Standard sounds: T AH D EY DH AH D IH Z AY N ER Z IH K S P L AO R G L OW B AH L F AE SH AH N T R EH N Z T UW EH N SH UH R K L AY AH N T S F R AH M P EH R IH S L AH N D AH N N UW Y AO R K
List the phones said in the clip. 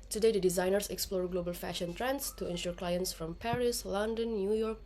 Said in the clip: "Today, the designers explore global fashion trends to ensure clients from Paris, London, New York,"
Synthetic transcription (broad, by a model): T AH D EY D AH D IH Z AY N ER S IH K S P L AO R G L OW B AH L F AE SH AH N T R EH N S T UW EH N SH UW R K L AY AH N T S F R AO M P EH R IH S L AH N D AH N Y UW Y AO R K